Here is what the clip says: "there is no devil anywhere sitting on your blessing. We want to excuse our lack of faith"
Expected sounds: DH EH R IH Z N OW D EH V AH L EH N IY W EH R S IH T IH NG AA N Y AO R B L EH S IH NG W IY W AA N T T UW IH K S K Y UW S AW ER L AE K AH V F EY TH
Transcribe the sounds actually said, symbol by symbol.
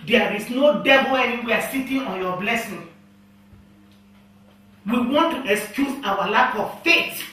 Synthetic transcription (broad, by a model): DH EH R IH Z N OW D EH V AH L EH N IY W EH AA S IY T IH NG AA N Y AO B L EH S IH NG W IY W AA N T T UW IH K S K Y UW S AW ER L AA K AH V F EY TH